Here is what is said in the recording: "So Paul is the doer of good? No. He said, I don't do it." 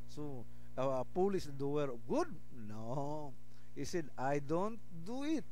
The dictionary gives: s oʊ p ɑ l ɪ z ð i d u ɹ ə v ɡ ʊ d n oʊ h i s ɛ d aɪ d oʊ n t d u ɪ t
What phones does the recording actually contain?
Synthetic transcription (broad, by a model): s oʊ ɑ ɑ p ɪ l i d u w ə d ɡ ʊ d n oʊ h i s ɛ d aɪ d oʊ n t d u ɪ t